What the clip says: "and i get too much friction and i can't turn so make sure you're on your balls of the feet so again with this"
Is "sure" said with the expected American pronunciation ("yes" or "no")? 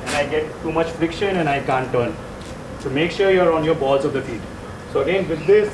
yes